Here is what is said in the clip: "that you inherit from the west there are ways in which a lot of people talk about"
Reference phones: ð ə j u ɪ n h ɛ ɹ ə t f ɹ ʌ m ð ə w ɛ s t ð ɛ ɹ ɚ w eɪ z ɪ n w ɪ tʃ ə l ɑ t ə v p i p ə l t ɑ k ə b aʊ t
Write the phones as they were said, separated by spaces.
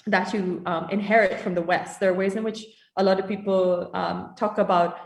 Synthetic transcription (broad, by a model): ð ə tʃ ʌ ɪ n h ɛ ɹ ə t f ɹ ʌ m ð ə w ɛ s t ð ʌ ɹ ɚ w eɪ z ɪ n w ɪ tʃ ə l ɑ t ə v p i p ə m t ɑ k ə b aʊ t